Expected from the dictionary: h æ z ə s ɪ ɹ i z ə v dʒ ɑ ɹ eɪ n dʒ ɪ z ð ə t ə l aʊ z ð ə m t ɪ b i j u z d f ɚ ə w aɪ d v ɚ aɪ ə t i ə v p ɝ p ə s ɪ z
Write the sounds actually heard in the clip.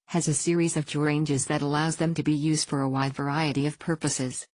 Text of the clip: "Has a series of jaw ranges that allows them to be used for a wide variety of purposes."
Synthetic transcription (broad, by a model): h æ z ə s ɪ ɹ i z ə v dʒ ɑ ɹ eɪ n dʒ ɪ z ð ə t ə l aʊ z ð ə m t ɪ b i j u z d f ɚ ə w aɪ d v ɚ aɪ ə t i ə v p ɝ p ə s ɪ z